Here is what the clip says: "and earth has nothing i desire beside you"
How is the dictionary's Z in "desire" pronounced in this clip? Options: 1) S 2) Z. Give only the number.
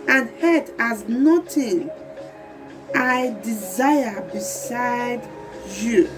2